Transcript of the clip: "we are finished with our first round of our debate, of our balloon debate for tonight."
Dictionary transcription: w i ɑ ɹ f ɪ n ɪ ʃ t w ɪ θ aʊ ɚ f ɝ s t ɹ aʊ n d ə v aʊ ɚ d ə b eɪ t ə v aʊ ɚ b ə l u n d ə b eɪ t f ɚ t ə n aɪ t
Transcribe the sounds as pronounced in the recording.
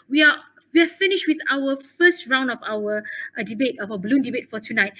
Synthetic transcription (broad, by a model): w i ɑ w f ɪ n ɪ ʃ t w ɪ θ aʊ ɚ f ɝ s t ɹ aʊ n d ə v aʊ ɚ d ə b eɪ t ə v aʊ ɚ b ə l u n d ə b eɪ t f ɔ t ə n aɪ t